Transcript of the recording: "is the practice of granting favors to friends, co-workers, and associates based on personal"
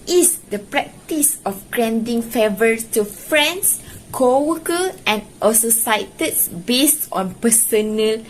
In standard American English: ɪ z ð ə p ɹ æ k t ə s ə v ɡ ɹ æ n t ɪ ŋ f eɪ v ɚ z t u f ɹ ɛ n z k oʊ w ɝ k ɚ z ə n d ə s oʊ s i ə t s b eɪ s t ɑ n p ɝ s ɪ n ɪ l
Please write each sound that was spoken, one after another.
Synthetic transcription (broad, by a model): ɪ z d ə p ɹ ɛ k t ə s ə f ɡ ɹ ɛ n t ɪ ŋ f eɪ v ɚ s t u f ɹ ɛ n s k oʊ w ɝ k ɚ ə n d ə s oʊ s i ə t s b eɪ s t ɑ n p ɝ s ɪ n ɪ l